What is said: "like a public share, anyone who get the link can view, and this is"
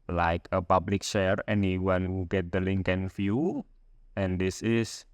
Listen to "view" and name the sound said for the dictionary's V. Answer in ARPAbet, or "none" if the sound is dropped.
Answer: F